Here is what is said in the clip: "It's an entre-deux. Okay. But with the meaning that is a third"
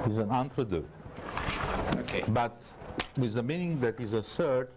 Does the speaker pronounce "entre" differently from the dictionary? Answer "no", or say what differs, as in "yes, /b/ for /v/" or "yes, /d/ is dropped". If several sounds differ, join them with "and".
no